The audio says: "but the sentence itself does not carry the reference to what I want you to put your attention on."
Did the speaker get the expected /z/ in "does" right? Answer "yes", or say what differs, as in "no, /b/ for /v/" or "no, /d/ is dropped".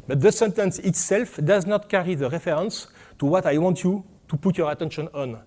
yes